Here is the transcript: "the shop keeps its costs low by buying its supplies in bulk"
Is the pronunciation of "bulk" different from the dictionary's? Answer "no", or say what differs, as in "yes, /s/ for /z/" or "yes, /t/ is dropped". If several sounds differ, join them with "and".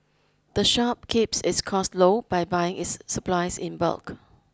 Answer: no